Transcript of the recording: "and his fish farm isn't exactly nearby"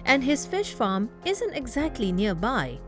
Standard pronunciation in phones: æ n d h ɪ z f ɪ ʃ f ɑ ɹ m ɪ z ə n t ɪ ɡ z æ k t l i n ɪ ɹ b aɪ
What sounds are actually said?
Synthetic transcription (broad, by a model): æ n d h ɪ z f ɪ ʃ f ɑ m ɪ z ə n t ɪ ɡ z æ k t l i n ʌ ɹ b aɪ